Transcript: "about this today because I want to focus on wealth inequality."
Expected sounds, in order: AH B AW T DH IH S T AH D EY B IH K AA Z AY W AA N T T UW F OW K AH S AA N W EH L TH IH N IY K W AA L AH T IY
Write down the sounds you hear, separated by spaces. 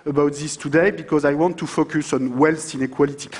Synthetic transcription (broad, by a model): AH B AW T DH IH S T AH D EY B IH K AA Z AY W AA N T T UW F OW K AH S AA N W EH L T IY N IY K W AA L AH T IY